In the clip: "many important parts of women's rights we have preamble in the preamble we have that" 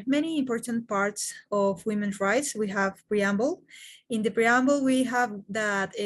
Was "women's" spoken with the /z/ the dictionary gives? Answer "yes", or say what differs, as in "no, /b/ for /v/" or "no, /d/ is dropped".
no, /z/ is dropped